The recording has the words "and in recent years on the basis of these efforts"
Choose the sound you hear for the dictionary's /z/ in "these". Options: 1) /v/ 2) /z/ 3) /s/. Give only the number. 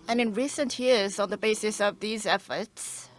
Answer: 2